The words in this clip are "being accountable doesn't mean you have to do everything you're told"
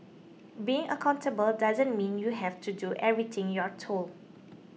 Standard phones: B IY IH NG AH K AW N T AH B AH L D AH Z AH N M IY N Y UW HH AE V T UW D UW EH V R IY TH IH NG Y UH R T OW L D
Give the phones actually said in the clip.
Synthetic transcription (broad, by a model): B IY IH NG AH K AW N T AH B AH L D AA Z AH N M IY N Y UW HH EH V T UW D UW EH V R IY T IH NG Y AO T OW L